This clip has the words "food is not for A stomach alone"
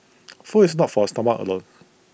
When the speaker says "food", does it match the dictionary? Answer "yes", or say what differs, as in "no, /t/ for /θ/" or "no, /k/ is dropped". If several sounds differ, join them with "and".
no, /d/ is dropped